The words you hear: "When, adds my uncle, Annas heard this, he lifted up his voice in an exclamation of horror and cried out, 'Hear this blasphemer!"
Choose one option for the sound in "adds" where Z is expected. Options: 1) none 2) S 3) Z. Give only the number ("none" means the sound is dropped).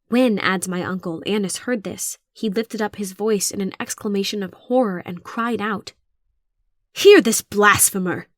3